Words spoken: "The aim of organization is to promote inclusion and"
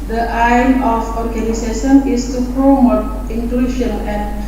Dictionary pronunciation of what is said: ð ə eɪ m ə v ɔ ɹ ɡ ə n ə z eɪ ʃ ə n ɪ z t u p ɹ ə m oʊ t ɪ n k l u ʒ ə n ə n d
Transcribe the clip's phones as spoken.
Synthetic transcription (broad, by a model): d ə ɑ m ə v ɔ ɹ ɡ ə n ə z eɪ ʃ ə n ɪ s t u p ɹ ə m oʊ t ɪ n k l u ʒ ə n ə n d